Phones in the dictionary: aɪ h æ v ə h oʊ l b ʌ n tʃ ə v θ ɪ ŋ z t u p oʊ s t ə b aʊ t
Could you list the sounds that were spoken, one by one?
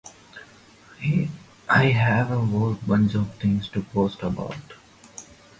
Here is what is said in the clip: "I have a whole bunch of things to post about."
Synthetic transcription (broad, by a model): aɪ h æ v ə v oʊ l b ʌ n tʃ ə v t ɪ ŋ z t u p oʊ s t ə b aʊ t